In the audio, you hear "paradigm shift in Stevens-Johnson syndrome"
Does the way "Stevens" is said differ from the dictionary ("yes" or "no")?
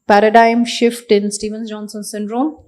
yes